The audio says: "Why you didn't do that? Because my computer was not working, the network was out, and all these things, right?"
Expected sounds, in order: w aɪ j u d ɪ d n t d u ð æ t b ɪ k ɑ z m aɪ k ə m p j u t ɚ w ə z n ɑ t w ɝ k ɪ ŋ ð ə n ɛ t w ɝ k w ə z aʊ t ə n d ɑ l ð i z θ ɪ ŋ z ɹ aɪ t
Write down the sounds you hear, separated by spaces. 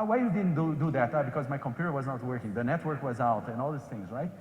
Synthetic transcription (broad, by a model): w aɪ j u d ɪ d n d d u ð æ t b ɪ k ɑ z m aɪ k ə m p j u t ɚ w ə z n ɑ t w ɝ k ɪ ŋ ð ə n ɛ t w ɝ k w ə z aʊ t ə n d ɑ l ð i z θ ɪ ŋ z ɹ aɪ t